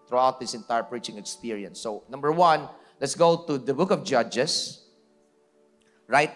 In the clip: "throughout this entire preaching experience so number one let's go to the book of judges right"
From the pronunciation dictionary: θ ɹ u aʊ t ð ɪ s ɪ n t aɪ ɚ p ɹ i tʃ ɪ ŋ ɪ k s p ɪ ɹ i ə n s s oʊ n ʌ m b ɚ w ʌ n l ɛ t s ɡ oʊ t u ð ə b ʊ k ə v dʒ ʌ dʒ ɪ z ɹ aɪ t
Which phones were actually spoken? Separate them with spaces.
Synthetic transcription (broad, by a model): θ ɹ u aʊ t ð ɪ s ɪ n t aɪ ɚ p ɹ i tʃ ɪ ŋ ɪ k s p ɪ ɹ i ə n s s oʊ n ʌ m b ɚ w ʌ n l ɛ t s ɡ oʊ t u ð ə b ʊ k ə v dʒ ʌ dʒ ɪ s ɹ aɪ t